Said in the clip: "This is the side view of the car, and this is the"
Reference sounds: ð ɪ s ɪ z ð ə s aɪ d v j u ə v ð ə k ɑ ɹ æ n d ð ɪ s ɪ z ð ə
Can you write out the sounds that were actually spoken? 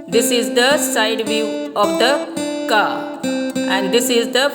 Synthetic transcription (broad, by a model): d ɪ s ɪ z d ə s aɪ d v j u ə v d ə k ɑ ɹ æ n d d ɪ s ɪ z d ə